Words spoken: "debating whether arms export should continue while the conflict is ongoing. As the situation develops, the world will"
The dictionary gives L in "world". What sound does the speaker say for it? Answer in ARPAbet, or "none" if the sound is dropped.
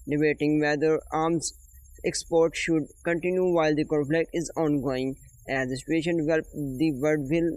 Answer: none